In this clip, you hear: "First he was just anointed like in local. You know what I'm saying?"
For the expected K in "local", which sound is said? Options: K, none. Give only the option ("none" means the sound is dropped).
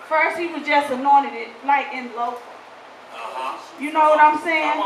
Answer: none